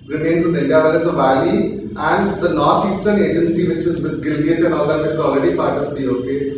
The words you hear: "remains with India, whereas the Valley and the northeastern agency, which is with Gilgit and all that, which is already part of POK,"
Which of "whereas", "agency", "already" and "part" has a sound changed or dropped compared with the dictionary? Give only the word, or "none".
whereas